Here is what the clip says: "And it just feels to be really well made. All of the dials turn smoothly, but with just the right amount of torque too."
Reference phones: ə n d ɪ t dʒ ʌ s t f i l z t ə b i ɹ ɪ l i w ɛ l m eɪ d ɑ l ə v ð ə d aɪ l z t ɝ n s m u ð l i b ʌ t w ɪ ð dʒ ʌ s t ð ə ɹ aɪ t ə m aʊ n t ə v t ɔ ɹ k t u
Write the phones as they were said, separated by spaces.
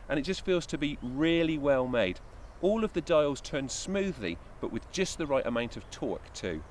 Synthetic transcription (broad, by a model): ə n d ɪ t dʒ ʌ s t f i l z t ə b i ɹ ɪ l i w ɛ l m eɪ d ɑ l ə v ð ə d aɪ l z t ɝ n s m u ð l i b ʌ t w ɪ ð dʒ ʌ s ð ə ɹ aɪ t ə m aʊ n t ə v t ɔ k t u